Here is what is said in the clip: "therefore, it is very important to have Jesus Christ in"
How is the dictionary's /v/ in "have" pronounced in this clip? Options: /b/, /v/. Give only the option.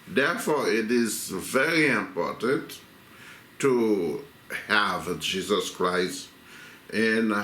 /v/